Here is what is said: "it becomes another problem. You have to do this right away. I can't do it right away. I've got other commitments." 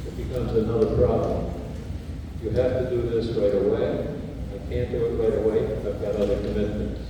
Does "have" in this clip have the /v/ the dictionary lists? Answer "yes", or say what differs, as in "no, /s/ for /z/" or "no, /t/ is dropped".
no, /f/ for /v/